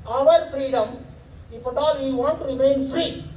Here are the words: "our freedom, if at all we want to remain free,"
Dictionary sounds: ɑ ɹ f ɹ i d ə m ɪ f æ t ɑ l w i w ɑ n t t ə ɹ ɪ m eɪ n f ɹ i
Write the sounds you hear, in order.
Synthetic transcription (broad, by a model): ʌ ɹ f ɹ i d ə m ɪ p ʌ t ɑ l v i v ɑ n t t ɹ ɪ m eɪ n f ɹ i